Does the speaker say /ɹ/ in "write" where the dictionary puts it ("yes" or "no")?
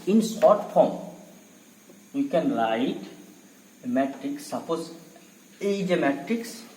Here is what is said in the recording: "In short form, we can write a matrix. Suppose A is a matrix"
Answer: no